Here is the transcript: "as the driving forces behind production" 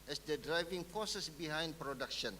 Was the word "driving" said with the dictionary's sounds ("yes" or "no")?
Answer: yes